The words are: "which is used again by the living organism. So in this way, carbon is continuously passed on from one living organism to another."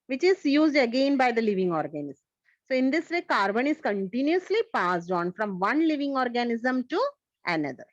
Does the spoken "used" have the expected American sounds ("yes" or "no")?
yes